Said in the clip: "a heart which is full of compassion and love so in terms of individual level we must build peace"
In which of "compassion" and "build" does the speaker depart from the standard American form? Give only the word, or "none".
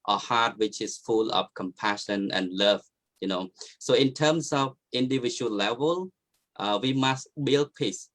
none